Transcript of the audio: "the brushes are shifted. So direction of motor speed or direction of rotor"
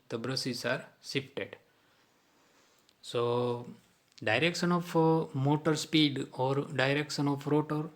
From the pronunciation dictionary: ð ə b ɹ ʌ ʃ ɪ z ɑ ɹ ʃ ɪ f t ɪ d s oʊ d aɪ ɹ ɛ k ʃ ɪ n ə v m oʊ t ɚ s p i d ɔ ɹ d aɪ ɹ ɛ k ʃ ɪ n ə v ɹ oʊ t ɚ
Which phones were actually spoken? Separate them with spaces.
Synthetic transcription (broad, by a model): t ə b ɹ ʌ s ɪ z ɑ ɹ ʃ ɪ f t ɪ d s oʊ d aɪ ɹ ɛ k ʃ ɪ n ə f m oʊ t ɚ s p i d ɔ ɹ d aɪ ɹ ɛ k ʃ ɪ n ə f ɹ oʊ t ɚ